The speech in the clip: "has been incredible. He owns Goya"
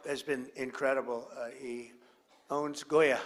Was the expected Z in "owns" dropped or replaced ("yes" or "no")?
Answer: no